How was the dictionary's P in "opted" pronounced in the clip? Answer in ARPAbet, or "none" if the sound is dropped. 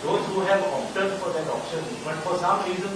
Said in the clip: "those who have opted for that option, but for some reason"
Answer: none